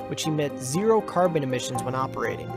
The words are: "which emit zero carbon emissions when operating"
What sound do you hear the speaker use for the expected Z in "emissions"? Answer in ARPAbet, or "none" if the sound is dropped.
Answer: Z